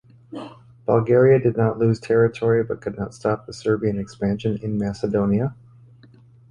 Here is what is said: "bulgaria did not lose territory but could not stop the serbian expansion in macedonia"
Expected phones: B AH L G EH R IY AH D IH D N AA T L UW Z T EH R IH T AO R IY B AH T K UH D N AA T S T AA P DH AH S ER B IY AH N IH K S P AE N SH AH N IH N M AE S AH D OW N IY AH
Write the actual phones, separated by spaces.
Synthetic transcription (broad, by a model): B AH L G EH R IY AH D IH D N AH T L UW Z T EH R IH T AO R IY B AH T K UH D N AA T S T AA P DH AH S ER B IY AH N IH K S P AE N SH AH N IH N M AE S AH D OW N IY AH